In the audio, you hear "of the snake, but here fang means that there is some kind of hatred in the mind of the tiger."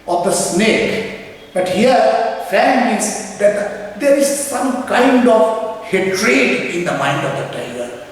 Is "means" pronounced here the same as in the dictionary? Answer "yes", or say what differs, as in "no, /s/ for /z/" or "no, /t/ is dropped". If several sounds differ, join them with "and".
no, /n/ is dropped